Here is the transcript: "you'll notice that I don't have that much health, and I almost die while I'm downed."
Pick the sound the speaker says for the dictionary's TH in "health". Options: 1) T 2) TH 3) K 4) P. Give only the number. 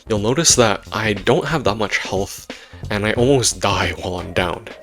2